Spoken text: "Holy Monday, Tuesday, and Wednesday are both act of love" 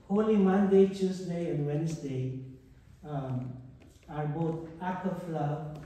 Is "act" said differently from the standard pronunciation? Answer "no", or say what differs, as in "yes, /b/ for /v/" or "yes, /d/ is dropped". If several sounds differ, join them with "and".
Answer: yes, /t/ is dropped